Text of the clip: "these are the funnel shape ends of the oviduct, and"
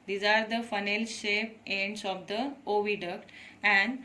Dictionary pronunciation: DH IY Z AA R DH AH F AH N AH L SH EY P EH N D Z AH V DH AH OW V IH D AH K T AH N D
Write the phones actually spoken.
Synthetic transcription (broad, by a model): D IY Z AA R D AH F AH N AH L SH EY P EH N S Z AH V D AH OW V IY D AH K T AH N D